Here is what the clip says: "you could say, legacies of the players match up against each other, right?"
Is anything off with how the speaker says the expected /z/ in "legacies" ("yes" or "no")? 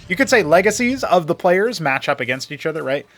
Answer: no